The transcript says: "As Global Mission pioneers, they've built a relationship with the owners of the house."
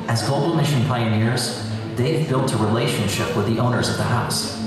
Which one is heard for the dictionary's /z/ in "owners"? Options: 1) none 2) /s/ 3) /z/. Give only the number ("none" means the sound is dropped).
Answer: 3